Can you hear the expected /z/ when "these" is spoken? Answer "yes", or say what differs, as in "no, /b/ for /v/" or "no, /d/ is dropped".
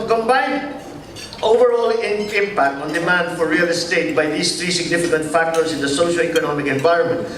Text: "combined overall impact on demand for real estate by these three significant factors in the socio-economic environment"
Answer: no, /s/ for /z/